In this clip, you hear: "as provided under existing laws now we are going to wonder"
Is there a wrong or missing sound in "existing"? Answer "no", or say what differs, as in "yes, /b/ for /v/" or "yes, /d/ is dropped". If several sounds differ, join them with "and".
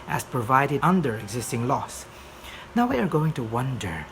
no